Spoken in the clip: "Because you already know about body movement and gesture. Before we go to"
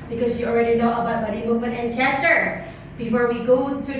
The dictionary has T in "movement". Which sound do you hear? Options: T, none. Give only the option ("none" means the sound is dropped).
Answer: none